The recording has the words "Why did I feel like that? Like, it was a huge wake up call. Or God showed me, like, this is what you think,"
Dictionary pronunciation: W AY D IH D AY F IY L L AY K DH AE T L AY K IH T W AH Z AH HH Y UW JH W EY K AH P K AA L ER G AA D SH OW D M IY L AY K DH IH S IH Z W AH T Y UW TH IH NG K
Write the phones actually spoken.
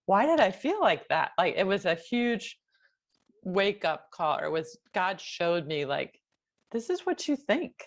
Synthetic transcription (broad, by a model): W AY D IH D AY F IY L L AY K DH AE T L AY K IH T W AH Z AH HH Y UW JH W EY K AH P K AA L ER G AA D SH OW D M IY L AY K DH IH S IH Z W AH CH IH TH IH NG K